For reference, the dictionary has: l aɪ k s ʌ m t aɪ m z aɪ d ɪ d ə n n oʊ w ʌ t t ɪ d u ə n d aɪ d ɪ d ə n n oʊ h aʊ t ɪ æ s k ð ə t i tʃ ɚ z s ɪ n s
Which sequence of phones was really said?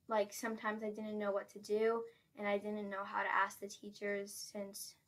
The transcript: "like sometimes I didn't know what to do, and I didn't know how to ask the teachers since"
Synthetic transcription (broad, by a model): l aɪ k s ʌ m t aɪ m z aɪ d ɪ d n n oʊ w ʌ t t ɪ d u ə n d aɪ d ɪ d n n oʊ h aʊ t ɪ æ s k ð ə t i tʃ ɚ z s ɪ n s